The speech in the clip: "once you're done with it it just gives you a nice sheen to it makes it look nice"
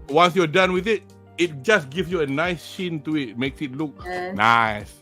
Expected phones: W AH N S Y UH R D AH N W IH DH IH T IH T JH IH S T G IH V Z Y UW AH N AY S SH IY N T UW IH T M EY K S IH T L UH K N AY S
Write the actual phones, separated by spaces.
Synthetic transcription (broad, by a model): W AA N S Y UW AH D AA N W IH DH IH T IH T JH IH S G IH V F Y UW AH N AY S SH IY N T UW IH T M EY K S IH T L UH K N AY S